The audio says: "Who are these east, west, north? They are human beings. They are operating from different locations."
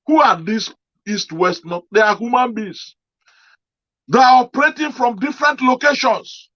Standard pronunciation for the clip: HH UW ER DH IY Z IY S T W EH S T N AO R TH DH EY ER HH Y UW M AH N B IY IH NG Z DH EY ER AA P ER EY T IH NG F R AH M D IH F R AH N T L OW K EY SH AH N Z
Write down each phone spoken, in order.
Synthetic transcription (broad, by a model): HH UW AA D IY S IY S T W EH S T N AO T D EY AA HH Y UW M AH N B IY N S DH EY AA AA P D EY T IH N F R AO M D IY F R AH N T L OW K EY SH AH N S